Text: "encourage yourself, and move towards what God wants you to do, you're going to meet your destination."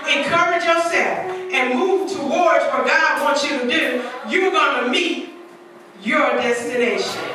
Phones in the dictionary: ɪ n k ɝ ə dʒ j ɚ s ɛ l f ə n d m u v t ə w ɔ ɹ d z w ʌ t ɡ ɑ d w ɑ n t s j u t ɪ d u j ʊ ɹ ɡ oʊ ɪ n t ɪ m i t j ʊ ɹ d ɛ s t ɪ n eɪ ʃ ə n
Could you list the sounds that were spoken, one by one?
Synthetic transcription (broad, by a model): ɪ n k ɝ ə dʒ j ɚ s ɛ l f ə n m u v t ə w ɔ ɹ d z w ʌ t ɡ ɑ d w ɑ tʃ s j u t ɪ d u j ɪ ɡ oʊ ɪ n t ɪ m i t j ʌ ɹ d ɛ s t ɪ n eɪ ʃ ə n